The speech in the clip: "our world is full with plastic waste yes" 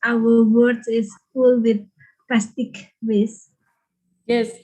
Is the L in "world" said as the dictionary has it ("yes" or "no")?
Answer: no